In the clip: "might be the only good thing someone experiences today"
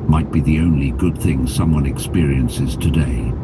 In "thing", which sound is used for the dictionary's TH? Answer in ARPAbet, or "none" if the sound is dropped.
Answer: TH